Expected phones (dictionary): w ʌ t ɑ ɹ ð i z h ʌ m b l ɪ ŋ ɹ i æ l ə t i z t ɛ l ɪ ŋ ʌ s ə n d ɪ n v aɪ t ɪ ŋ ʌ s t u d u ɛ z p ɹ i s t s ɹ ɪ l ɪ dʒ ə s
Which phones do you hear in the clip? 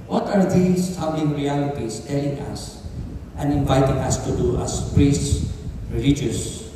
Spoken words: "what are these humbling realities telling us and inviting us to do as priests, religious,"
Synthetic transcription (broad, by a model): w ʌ t ɑ ɹ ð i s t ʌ b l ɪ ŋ ɹ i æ l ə t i s t ɛ l ɪ ŋ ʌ s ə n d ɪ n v aɪ t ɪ ŋ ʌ s t u d u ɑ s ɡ ɹ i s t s ɹ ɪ l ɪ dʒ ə s